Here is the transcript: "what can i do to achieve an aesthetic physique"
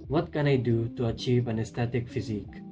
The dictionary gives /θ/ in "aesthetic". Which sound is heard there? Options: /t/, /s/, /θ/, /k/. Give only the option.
/t/